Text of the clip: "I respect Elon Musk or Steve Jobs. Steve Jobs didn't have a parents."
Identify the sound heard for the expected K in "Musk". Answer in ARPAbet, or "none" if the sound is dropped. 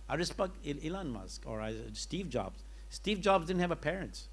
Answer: K